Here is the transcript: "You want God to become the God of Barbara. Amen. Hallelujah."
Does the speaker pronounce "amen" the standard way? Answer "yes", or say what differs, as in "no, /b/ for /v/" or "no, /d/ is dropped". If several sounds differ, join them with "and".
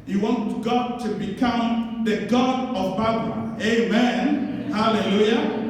yes